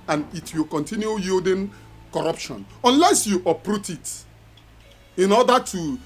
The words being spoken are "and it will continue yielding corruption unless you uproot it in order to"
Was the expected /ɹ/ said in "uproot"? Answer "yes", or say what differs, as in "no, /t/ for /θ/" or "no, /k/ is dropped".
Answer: yes